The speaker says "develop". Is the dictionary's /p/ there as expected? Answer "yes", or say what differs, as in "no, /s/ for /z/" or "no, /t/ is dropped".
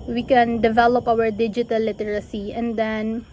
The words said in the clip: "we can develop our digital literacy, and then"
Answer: yes